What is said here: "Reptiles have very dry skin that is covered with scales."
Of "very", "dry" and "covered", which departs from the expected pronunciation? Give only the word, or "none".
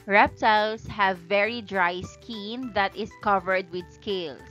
none